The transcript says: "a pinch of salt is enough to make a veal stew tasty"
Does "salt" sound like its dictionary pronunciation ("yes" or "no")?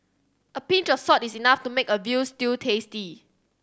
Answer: no